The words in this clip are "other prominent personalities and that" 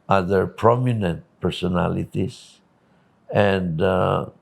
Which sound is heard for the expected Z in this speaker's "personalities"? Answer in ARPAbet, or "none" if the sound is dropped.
S